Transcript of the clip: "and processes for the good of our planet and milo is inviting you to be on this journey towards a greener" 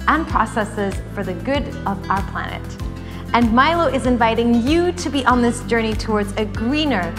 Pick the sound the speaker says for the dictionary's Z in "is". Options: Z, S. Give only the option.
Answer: Z